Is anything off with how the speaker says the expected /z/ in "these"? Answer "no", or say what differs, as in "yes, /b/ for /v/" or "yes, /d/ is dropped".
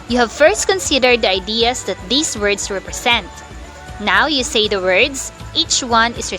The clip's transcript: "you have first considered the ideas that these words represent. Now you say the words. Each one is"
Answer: yes, /s/ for /z/